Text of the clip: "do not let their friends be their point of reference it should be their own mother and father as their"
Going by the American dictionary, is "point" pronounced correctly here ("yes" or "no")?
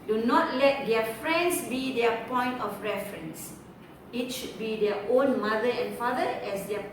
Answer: yes